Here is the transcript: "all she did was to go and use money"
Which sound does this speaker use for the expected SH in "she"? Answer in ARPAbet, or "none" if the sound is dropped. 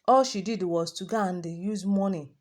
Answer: SH